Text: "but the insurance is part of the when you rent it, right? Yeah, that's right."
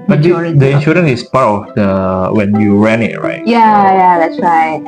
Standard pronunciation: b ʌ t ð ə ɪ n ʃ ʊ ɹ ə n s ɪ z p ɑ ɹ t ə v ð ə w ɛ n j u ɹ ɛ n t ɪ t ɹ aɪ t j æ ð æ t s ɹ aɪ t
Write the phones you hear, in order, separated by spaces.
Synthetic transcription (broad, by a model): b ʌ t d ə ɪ n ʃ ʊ ɹ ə n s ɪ s p ɑ ɹ t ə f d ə w ɛ n j u ɹ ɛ n ɪ t ɹ aɪ t j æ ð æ t s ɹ aɪ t